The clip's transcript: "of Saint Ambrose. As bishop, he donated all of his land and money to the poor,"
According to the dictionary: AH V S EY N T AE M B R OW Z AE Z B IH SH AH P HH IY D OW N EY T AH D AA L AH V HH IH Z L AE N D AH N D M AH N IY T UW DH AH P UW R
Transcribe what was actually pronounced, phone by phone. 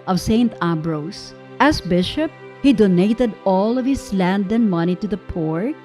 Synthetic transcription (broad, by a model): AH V S EY N T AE B R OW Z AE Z B IH SH AH P HH IY D OW N EY T AH D AA L AH V HH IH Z L AE N D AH N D M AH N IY T UW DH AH P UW R